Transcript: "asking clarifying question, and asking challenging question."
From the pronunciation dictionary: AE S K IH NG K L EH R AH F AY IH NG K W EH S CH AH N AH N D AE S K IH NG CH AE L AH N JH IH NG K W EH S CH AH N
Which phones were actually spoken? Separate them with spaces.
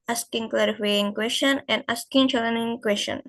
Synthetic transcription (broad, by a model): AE S K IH NG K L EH R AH F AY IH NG K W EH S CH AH N AH N D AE S K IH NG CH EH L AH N IH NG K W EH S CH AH N